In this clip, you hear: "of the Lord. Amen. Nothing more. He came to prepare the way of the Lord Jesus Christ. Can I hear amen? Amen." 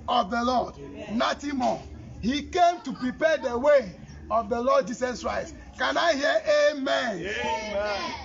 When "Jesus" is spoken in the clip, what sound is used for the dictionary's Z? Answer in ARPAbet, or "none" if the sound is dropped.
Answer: S